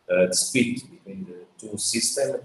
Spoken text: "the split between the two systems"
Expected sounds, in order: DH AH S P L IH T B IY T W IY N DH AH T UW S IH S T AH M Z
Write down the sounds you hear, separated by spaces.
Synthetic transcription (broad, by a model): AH S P IY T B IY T W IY N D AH T UW S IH S T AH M